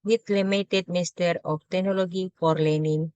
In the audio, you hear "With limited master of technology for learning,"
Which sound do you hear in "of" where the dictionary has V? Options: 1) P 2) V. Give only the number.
1